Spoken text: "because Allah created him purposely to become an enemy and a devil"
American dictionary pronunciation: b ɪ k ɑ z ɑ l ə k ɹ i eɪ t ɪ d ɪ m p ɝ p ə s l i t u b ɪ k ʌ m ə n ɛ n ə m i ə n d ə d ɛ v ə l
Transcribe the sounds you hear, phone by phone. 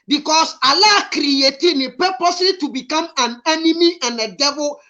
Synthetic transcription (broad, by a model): b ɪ k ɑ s ɑ l ə k ɹ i eɪ t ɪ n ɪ p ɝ p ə s i t u b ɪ k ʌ m ə n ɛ n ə m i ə n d ə d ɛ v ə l